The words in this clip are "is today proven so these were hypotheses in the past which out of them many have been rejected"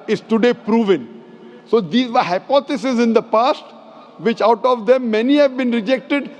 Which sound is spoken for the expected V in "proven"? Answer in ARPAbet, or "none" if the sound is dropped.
V